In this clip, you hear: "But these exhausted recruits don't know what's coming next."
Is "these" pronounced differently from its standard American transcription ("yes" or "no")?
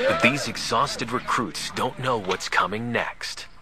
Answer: no